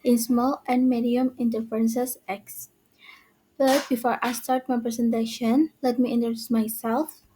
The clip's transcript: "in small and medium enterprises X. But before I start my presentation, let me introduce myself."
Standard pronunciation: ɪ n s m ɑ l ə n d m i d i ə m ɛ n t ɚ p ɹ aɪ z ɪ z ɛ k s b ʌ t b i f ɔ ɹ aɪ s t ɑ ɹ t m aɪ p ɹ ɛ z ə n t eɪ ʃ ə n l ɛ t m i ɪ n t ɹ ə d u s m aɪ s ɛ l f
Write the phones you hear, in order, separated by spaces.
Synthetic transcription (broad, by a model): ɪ n s m ɑ l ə n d m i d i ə m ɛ n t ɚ f ɹ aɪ s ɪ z ɛ k s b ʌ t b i f ɔ ɹ aɪ s t ɑ ɹ t m aɪ p ɹ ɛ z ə n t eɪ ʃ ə n l ɛ t m i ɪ n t ə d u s m aɪ s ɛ l f